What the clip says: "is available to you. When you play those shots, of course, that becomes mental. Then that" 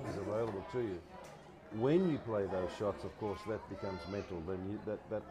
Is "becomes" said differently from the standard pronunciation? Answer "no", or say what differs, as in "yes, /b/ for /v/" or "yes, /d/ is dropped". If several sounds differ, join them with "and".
no